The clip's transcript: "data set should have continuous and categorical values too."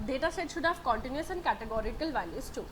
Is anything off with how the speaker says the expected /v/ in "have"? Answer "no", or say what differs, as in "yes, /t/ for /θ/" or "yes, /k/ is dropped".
yes, /b/ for /v/